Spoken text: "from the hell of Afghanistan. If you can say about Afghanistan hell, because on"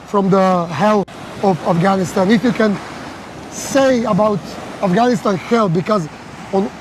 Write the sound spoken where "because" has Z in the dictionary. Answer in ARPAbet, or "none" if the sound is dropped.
Z